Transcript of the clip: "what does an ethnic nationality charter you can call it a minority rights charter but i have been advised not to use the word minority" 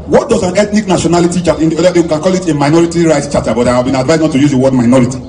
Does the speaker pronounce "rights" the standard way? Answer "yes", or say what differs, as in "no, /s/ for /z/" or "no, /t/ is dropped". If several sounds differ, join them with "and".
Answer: no, /s/ is dropped